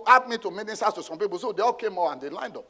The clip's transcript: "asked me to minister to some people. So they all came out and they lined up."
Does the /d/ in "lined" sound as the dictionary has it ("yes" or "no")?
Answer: yes